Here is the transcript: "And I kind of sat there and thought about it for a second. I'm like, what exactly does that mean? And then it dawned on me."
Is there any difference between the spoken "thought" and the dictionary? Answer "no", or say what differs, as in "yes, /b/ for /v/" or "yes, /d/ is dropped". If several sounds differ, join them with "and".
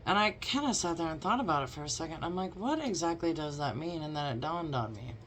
no